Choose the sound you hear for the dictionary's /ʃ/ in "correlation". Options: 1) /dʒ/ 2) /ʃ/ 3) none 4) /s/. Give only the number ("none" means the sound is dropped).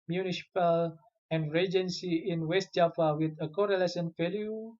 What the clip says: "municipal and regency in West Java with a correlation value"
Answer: 4